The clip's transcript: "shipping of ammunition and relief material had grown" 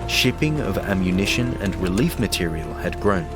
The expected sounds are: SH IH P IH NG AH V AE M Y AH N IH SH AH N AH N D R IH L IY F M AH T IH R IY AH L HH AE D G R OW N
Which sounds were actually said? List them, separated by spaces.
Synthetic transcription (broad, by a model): SH IH P IH NG AH V AE M Y AH N IH SH AH N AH N R IH L IY F M AH T IH R IY AH L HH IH D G R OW N